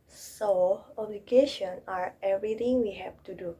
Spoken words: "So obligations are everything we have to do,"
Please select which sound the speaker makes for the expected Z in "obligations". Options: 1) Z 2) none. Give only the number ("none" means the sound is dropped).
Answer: 2